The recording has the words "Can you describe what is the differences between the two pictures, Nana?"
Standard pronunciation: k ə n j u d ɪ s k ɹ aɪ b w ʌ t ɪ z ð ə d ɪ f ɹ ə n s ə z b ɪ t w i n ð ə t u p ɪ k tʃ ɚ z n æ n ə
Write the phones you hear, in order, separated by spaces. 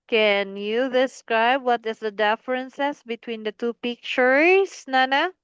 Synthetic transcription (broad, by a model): k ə n j u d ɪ s k ɹ aɪ b w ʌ t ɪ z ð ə d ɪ f ɹ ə n s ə s b ɪ t w i n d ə t u p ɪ k tʃ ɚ s n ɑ n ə